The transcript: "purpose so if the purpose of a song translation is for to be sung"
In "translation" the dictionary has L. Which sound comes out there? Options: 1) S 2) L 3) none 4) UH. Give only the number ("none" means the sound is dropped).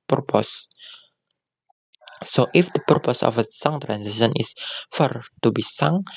3